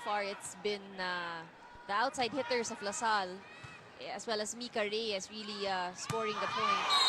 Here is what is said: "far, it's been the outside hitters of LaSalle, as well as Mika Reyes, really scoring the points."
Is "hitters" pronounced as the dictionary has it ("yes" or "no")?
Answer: no